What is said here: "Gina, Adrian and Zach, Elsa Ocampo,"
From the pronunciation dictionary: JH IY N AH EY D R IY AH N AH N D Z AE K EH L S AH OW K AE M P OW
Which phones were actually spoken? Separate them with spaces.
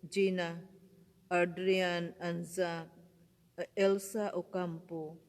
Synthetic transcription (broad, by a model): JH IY N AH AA D R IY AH N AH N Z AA EH L S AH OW K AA M P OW